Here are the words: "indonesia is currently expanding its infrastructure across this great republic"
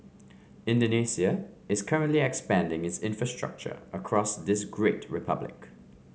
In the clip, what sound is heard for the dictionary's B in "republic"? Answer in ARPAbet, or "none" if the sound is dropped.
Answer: B